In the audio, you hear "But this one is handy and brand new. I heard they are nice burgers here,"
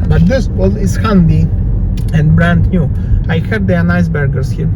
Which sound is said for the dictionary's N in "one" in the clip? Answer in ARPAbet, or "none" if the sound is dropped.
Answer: L